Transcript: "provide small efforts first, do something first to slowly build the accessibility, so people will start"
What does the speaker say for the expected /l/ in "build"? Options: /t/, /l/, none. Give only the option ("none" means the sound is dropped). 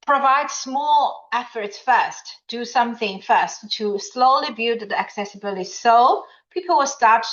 none